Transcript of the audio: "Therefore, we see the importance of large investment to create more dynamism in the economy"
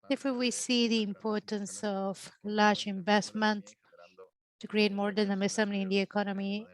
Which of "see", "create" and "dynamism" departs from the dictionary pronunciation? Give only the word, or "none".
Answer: dynamism